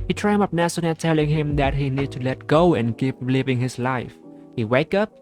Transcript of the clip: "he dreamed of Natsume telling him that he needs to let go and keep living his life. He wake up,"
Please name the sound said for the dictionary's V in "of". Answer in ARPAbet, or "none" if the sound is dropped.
P